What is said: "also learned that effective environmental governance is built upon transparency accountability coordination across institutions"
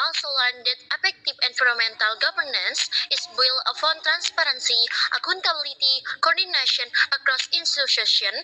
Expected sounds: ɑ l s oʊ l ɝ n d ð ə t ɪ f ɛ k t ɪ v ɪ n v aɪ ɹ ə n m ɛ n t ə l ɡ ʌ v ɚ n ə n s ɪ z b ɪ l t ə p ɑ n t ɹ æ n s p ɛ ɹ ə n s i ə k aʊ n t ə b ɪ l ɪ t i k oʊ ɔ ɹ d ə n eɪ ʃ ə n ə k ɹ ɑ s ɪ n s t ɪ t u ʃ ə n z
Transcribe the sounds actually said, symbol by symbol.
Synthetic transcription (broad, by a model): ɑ l s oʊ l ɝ n d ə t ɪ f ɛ k t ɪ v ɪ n f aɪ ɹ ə m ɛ n t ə l ɡ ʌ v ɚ n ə n s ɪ s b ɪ l ə f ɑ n t ɹ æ n s p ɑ ɹ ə n s i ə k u n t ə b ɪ l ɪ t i k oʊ ɔ ɹ d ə n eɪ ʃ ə n ə k ɹ ɑ s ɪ n s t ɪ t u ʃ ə n